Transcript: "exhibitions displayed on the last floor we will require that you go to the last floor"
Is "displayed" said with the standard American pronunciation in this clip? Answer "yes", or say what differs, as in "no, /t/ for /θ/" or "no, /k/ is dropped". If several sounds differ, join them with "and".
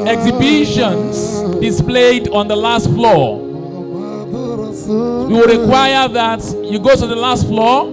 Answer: yes